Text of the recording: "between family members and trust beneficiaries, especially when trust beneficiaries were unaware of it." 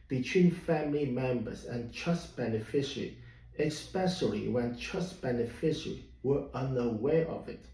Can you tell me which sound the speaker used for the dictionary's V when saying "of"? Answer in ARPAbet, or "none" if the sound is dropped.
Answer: V